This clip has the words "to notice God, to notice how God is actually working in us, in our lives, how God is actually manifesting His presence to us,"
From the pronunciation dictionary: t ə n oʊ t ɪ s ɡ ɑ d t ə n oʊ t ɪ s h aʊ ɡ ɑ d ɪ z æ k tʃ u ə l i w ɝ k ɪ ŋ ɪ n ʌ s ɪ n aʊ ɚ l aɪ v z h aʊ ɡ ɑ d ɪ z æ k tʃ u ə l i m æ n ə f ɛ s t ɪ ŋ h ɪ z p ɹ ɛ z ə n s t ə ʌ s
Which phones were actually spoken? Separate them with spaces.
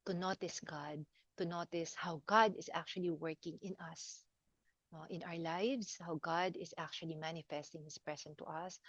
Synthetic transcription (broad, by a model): t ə n oʊ t ɪ s ɡ ɑ d t ə n oʊ t ɪ s h aʊ ɡ ɑ d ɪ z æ k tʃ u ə l i w ɝ k ɪ ŋ ɪ n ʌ s ɪ n aʊ ɚ l aɪ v s h aʊ ɡ ɑ d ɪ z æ k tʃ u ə l i m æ n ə f ɛ s t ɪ ŋ h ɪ s p ɹ ɛ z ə n t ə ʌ s